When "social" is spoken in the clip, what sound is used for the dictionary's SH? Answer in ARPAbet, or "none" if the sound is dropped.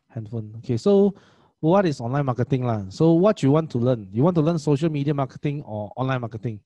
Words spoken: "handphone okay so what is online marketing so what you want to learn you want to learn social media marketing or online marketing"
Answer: SH